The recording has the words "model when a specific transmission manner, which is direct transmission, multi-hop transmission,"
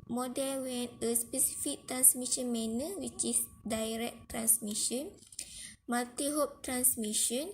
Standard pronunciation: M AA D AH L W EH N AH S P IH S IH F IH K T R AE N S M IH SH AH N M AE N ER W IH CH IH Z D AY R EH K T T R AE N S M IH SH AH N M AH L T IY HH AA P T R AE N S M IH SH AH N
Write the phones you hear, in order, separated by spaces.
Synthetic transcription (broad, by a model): M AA D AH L W EH N AH S P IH S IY F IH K T R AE N S M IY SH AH N M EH N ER W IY CH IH S D AY R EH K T T R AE N S M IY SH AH N M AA L T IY HH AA P T R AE N S M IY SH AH N